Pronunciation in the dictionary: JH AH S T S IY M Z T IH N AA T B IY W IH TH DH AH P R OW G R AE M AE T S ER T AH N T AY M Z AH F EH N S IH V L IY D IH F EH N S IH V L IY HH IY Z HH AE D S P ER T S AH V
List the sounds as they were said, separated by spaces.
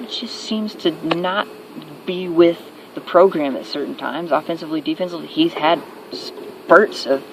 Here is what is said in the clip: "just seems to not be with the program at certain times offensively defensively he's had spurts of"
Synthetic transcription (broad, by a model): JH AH S T S IY M Z T IH N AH T B IY W IH DH AH P R OW G R AE M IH T S ER T N T AY M Z AH F EH N S IH V L IY D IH F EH N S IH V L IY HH IY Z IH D S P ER T S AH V